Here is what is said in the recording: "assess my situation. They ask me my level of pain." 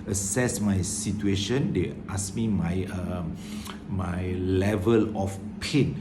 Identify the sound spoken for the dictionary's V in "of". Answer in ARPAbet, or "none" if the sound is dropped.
F